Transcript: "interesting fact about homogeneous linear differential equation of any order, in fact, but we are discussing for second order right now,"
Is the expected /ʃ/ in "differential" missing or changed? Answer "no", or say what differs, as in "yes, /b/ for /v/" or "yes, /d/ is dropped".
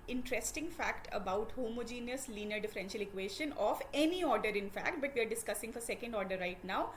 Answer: no